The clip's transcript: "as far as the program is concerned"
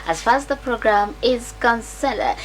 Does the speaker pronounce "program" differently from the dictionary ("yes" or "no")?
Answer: no